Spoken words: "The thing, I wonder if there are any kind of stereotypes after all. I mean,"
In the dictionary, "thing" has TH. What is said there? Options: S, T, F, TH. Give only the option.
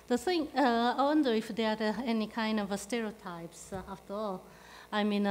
S